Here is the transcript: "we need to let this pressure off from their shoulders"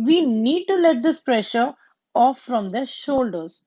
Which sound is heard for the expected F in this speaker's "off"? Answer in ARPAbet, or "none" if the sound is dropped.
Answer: F